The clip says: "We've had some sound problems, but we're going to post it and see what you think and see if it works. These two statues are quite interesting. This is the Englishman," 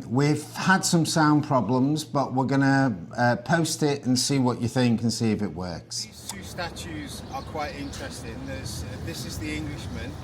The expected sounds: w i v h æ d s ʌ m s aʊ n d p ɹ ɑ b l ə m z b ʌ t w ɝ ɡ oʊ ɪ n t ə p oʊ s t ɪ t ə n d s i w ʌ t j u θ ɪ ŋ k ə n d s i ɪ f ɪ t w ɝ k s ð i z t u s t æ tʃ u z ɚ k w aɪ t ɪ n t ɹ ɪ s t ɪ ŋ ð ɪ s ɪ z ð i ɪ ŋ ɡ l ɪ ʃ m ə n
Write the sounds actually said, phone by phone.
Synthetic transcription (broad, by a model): w i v h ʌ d s ʌ m s aʊ n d p ɹ ɑ b l ə m z b ʌ t w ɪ ɡ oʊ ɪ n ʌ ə p oʊ s t ɪ t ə n s i w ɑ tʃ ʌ θ ɪ ŋ k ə n s i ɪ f ɪ t w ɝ k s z t u s t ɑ tʃ u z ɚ k w aɪ t ɪ n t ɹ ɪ s t ɪ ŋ ð ɪ s ɪ z ð i ɪ ŋ ɡ l ɪ ʃ m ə n